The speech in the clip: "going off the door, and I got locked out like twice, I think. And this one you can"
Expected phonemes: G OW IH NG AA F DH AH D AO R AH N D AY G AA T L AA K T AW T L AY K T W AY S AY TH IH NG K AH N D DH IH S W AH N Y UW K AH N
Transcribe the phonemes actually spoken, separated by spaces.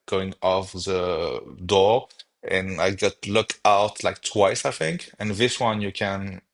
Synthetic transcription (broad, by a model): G OW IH NG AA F DH AH D AO R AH N AY G AA T L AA K AW T L AY K T W AY S AY TH IH NG K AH N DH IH S W AH N Y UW K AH N